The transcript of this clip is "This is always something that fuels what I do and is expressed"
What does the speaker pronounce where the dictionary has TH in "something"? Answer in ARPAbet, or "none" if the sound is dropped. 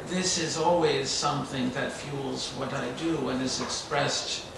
TH